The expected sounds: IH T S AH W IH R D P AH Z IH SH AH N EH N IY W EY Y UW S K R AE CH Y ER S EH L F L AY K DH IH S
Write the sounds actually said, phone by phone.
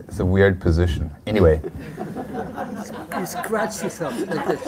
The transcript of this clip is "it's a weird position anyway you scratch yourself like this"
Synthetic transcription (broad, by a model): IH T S AH W IH R D P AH Z IH SH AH N EH N IY W EY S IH S K R AE CH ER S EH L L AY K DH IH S